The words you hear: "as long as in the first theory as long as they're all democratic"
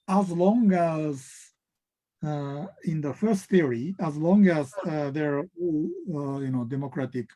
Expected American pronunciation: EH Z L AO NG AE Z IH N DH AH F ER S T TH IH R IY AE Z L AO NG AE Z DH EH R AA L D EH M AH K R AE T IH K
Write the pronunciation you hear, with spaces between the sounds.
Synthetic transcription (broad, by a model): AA Z L AO NG AE Z IH N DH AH F ER S T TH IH R IY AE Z L AO NG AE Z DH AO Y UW N D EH M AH K R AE T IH K